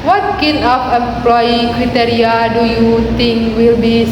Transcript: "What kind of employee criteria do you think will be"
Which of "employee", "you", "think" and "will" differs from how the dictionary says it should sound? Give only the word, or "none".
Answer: think